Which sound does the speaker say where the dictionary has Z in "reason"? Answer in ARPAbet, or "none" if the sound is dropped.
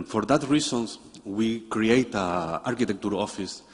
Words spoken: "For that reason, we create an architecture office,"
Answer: S